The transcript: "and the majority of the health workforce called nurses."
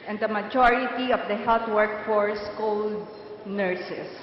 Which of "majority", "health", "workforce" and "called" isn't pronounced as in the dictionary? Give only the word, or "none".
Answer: health